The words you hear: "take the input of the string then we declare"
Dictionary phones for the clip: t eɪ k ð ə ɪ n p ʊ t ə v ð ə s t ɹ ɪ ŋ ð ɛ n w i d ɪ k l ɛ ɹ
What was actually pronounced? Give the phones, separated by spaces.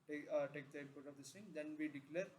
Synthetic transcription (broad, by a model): t eɪ k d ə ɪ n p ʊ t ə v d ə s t ɪ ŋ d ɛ n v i d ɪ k l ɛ ɹ